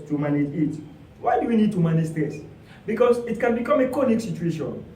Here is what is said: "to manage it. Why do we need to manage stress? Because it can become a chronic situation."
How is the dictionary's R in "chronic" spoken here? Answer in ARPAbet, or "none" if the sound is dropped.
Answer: none